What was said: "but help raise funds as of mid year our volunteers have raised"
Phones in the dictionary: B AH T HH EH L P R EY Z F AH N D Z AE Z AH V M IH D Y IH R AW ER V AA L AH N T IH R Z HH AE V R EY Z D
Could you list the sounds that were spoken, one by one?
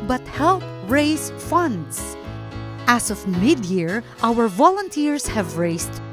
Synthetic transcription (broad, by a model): B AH T HH EH L P R EY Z F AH N D S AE S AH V M IH D Y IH R AW ER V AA L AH N T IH R S HH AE V R EY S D